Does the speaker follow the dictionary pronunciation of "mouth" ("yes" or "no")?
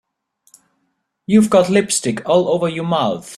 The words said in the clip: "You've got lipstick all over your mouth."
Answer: yes